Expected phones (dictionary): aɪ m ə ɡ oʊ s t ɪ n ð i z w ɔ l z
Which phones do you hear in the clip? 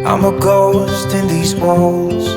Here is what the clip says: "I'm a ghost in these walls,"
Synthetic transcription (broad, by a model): aɪ m ə ɡ oʊ s t ɪ n ð i z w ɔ l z